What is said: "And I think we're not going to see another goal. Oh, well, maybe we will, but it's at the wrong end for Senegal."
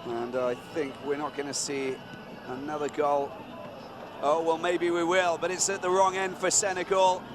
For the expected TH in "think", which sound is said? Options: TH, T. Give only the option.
TH